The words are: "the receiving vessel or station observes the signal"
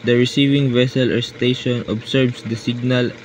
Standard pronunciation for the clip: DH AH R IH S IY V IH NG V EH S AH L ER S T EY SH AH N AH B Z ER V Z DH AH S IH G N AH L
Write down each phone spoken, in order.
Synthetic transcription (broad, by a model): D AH R IH S IY V IH NG V EH S AH L ER S T EY SH AH N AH B S ER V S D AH S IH G N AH L